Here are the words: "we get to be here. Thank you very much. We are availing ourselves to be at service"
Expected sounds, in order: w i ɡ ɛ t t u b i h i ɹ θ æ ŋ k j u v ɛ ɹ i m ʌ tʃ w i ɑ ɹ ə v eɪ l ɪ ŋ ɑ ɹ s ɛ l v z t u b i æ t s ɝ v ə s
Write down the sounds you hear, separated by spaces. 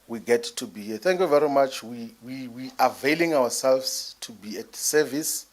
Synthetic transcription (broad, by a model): w i ɡ ɛ t t u b i h i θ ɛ ŋ k j u v ɛ ɹ i m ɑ tʃ w i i w ə v eɪ l ɪ ŋ ɑ w s ɛ l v s t u b i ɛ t s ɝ v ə s